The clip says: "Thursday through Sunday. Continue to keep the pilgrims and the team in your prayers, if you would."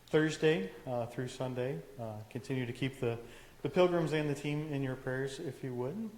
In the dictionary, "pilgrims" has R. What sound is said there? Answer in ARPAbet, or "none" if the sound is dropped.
R